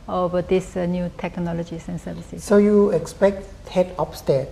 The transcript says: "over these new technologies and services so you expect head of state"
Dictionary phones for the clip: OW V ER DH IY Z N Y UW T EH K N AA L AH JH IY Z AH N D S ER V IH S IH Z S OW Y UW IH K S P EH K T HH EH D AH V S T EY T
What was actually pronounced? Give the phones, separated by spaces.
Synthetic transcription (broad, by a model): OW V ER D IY S N Y UW T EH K N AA L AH JH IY S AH N S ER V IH S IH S S OW Y UW IH K S P EH K T HH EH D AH P S T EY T